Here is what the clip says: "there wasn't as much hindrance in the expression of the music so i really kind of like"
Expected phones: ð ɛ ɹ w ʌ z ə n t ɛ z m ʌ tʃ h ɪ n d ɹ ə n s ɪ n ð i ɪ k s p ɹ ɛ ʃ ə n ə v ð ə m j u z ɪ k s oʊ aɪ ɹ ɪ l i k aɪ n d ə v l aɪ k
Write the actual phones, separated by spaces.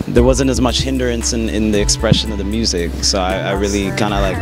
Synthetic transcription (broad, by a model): ð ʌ ɹ w ʌ z ə n t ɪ z m ʌ tʃ h ɪ n d ɹ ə n s ɪ n ð i ɪ k s p ɹ ɛ ʃ ə n ə v ð ə m j u z ɪ k s oʊ aɪ ɹ ɪ l i k aɪ n d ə l aɪ k